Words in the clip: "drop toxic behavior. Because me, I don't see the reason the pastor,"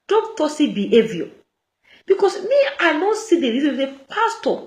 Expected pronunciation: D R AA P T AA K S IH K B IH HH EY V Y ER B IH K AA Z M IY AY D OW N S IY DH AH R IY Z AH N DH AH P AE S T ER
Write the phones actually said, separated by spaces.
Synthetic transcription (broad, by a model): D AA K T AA S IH B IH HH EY V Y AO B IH K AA S M IY AY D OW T S IY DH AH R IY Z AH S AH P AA S T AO